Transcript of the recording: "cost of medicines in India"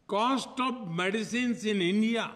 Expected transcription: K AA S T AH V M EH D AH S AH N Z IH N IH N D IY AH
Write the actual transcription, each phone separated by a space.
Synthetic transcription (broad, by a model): K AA S T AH B M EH D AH S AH N S IH N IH N D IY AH